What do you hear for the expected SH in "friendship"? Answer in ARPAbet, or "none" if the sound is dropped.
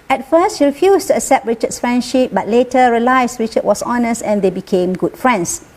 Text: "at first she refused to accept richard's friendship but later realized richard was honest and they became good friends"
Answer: SH